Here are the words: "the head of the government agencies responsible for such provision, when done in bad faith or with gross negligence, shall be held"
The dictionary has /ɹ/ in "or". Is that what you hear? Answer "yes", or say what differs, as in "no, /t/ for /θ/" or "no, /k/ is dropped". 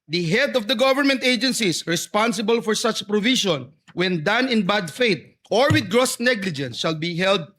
yes